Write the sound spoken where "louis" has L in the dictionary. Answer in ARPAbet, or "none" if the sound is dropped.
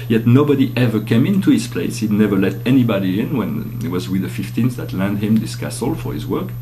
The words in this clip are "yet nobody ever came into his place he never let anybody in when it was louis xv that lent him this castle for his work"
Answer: W